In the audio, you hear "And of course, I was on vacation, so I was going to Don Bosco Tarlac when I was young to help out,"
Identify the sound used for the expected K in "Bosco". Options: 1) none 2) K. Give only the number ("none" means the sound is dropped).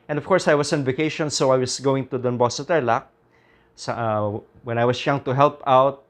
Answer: 1